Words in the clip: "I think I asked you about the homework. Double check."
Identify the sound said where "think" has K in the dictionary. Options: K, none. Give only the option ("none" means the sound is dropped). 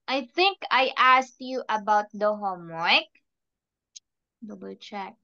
K